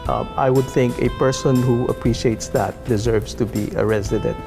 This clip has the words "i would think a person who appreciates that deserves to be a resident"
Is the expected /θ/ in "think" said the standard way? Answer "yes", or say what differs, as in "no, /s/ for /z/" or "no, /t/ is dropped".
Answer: yes